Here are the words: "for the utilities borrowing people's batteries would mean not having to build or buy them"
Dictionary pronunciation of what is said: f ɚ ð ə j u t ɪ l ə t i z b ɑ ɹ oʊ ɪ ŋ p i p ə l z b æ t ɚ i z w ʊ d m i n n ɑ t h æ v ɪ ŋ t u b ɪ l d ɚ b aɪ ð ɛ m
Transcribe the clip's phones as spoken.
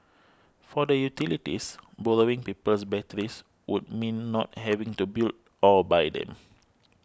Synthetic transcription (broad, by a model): f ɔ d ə j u t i l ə t i s b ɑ l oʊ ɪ ŋ p i p ə l s b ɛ t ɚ i s w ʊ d m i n n ɑ t h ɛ v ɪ ŋ t u b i l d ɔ b aɪ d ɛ m